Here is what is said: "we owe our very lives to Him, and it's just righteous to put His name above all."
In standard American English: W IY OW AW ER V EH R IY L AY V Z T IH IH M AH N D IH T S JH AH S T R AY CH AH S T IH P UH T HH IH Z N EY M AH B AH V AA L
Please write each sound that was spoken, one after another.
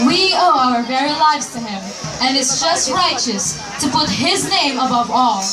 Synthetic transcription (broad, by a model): W IY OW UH ER V EH R IY L AY V Z T IH IH M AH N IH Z JH AH S T R AY CH AH S T IH P UH T HH IH Z N EY M AH B AH V AA L